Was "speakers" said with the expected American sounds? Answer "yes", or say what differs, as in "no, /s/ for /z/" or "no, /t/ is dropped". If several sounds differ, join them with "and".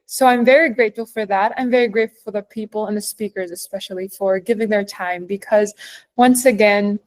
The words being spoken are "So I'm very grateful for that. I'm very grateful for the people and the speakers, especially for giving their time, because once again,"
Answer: yes